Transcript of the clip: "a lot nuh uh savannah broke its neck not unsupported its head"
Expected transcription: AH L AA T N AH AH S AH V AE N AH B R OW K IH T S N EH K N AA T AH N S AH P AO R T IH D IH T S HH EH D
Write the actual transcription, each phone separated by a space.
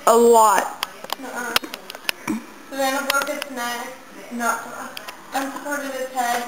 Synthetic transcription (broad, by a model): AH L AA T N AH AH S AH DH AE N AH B OW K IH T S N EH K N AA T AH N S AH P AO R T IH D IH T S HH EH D